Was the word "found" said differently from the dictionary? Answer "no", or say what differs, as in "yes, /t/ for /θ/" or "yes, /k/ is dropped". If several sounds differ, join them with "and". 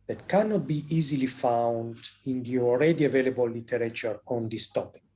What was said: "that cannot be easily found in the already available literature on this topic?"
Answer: no